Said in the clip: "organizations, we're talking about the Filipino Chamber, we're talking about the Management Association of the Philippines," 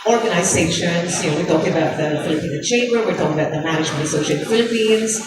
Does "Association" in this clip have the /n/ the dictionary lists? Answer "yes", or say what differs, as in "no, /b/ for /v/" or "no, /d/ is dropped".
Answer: no, /n/ is dropped